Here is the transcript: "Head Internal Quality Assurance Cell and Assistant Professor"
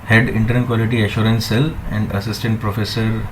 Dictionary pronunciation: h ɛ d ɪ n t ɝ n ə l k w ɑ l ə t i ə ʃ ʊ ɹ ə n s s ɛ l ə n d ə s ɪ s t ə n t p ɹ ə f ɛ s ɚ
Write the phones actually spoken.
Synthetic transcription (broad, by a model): h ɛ d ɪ n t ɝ ə n k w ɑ l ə t i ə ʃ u ɹ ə n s s ɛ l ə n d ə s ɪ s t ə n t p ɹ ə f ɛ s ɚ